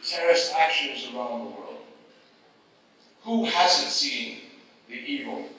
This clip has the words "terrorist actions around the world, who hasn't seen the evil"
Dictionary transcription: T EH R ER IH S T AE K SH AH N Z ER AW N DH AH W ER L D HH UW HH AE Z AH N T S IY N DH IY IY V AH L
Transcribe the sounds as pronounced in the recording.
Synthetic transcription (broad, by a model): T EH R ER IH S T AE K SH AH N Z ER AW N DH AH W ER L D HH UW HH AE Z AH N T S IY N DH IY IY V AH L